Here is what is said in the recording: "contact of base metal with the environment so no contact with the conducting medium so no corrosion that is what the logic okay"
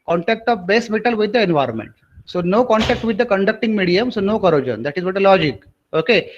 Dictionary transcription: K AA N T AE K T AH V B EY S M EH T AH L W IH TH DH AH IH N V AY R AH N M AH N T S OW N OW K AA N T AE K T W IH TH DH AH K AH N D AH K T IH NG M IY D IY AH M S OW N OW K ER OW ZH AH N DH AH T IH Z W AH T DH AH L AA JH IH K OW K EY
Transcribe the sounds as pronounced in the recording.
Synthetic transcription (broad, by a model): K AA N T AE K T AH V B EY S M EH T AH L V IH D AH IH N V AY R AH N M AH N T S OW N OW K AA N T AE K T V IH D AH K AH N D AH K T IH NG M IY D IY AH M S OW N OW K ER OW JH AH N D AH T IH Z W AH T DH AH L AA JH IH K OW K EY